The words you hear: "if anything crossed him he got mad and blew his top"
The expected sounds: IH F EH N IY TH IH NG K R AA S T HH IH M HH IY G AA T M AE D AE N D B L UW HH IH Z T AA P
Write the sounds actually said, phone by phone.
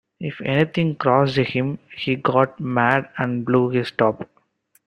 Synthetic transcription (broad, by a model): IH F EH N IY T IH NG K R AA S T HH IH M HH IY G AA T M AE D AE N D B L UW HH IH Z T AA P